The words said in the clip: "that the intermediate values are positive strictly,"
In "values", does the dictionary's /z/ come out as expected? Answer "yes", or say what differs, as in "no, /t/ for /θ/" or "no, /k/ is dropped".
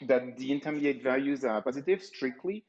yes